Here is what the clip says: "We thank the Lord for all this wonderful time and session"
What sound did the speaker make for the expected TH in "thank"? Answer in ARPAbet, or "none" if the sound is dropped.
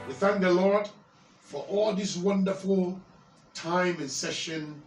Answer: TH